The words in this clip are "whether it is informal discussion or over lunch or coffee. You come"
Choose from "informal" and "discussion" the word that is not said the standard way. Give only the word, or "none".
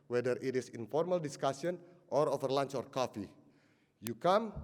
discussion